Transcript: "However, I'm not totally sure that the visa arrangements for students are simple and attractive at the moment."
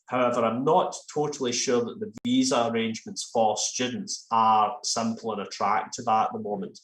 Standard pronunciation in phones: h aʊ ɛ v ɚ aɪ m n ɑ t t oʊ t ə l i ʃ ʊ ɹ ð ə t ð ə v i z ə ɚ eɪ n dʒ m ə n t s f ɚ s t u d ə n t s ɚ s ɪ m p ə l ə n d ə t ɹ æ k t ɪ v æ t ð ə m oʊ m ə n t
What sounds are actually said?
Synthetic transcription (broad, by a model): h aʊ ɛ v ɚ aɪ m n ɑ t t oʊ t ə l i ʃ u ɹ ð ə t ð ə v i z ə ɚ eɪ n dʒ m ə n t s f ɚ s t u d n t s ɚ s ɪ m p l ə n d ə t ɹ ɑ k t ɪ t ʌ t ð ə m oʊ m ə n t